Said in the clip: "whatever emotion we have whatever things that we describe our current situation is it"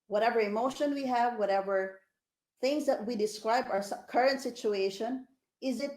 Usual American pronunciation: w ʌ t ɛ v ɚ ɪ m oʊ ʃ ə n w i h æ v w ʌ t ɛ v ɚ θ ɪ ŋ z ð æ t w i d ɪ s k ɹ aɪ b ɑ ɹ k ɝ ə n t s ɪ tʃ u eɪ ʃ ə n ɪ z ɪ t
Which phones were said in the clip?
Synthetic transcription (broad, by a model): w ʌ t ɛ v ɚ ɪ m oʊ ʃ ə n w i h æ v w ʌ t ɛ v ɚ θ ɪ ŋ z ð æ t w i d ɪ s k ɹ aɪ b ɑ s k ɝ ə n t s ɪ tʃ u eɪ ʃ ə n ɪ z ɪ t